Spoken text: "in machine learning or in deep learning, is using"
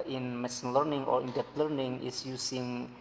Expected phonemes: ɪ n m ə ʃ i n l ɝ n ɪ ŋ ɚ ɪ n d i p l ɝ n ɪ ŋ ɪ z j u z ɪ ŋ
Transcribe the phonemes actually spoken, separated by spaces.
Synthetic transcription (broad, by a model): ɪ n m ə s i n l ɝ n ɪ ŋ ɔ ɪ n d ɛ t l ɝ n ɪ ŋ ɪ s j u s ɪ ŋ